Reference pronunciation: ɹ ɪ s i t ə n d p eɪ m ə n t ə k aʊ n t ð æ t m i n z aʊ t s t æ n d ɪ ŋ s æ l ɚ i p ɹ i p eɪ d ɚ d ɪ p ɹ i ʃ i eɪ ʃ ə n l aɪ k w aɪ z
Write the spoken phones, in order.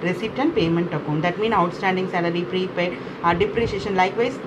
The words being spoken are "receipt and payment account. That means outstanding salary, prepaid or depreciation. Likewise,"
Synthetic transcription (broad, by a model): ɹ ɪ s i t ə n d p eɪ m ə n t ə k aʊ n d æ t m i n aʊ t s t æ n d ɪ ŋ s æ l ɚ i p ɹ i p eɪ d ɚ d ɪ p ɹ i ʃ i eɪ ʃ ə n l aɪ k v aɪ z